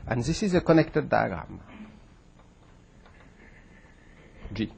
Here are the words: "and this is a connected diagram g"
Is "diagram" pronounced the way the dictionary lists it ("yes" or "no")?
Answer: no